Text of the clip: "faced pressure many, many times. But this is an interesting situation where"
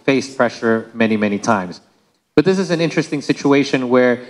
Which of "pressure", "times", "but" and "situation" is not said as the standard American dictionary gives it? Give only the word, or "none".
none